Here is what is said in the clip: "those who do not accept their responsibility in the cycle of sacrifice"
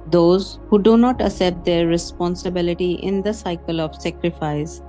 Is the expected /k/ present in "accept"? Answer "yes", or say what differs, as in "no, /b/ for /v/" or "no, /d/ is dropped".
no, /k/ is dropped